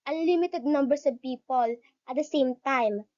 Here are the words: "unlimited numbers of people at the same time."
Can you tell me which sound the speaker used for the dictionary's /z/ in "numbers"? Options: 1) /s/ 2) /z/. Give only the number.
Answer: 1